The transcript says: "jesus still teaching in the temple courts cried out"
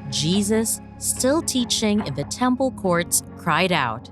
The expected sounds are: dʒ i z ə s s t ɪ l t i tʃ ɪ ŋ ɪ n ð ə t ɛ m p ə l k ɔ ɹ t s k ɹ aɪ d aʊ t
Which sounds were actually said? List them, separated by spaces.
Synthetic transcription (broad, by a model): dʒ i z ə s s t ɪ l t i tʃ ɪ ŋ ɪ n ð ə t ɛ m p l k ɔ ɹ t s k ɹ aɪ d aʊ t